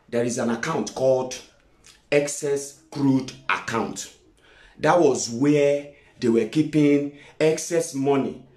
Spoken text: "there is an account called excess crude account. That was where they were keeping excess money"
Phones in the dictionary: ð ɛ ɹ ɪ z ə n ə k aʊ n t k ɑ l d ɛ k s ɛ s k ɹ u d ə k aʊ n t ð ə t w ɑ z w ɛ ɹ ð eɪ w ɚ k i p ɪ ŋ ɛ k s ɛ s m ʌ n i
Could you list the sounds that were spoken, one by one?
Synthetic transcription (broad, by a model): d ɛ ɹ ɪ z ə n ə k aʊ n t k ɑ l d ɛ k s ɛ s k ɹ u d ə k aʊ n t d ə t w ɑ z w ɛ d eɪ w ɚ k i p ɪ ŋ ɛ k s ɛ s m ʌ n i